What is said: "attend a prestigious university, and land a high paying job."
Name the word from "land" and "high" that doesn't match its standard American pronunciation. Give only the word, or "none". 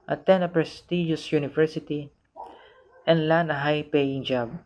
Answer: land